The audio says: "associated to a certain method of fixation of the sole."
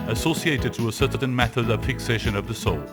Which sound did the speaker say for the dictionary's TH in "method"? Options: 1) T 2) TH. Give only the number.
2